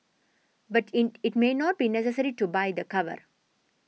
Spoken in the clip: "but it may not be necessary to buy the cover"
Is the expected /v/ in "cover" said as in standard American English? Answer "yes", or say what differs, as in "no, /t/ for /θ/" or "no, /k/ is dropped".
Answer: yes